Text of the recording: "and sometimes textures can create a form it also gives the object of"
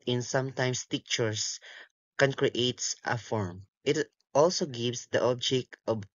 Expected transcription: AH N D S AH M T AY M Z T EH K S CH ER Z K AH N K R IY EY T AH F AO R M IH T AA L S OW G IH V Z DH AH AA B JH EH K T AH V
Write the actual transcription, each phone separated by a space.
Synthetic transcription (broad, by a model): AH N S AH M T AY M S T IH K CH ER S K AH N K R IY EY T AH F AO R M IH T AA L S OW G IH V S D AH AA B JH EH K T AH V